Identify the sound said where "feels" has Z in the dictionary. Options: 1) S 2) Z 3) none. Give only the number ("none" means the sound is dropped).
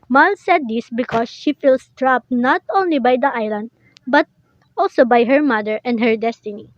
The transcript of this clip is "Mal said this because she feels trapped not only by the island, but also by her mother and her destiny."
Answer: 1